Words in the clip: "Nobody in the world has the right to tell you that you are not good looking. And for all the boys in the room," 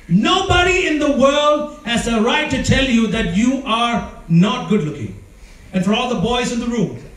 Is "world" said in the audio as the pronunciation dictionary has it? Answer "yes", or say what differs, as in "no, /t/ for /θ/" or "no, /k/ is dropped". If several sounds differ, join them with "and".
yes